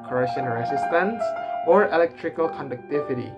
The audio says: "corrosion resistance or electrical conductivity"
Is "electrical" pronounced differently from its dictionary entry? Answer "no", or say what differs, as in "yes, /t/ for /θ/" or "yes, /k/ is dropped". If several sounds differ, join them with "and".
no